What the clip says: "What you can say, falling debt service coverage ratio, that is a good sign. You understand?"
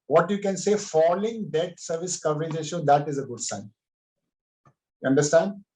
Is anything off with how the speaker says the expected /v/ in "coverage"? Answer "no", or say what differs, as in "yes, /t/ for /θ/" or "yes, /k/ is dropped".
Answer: no